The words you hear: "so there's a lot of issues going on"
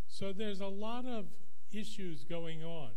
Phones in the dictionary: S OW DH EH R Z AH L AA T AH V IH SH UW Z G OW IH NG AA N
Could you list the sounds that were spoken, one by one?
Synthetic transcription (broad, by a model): S OW DH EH R Z AH L AA T AH V IH SH UW Z G OW IH NG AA N